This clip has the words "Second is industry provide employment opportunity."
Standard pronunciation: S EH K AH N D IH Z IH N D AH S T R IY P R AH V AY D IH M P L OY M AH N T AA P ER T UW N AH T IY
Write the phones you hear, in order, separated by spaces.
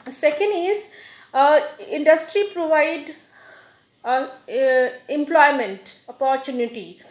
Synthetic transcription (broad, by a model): S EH K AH N D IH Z IH N D AH S T R IY P R AH V AY D IH M P L OY M AH N T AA P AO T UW N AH T IY